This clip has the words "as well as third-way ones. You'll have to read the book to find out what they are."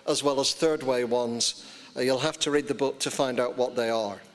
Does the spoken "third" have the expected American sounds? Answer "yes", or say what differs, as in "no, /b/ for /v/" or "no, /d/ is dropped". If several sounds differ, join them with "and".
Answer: yes